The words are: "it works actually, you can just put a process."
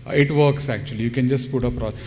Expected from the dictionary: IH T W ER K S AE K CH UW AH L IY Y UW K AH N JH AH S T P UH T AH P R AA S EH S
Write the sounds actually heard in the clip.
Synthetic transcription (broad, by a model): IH T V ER K S AE K CH UW AH L IY Y UW K AH N JH AH S T P UH T AH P R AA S